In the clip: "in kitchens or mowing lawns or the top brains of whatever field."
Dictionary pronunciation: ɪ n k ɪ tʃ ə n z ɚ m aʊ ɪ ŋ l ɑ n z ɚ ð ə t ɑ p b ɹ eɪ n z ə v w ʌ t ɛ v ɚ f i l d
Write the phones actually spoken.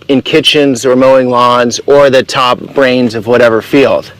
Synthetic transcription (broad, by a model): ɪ n k ɪ tʃ ə n z ɚ m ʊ ɪ ŋ l ɑ n z ɚ ð ə t ɑ p b ɹ eɪ n z ə v w ʌ t ɛ v ɚ f i l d